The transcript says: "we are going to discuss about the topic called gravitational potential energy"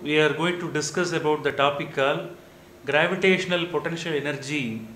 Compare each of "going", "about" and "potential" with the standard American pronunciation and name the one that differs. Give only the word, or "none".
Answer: none